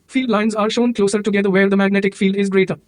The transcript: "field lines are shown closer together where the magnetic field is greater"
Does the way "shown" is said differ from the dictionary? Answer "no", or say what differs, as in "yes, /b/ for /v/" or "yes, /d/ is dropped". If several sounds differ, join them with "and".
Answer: no